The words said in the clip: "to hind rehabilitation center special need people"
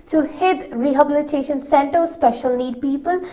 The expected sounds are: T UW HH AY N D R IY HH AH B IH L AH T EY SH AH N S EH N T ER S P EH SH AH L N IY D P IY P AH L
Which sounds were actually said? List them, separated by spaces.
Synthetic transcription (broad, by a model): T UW HH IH D R IY HH AH B IH L AH T EY SH AH N S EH N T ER S P EH SH AH L N IY D P IY P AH L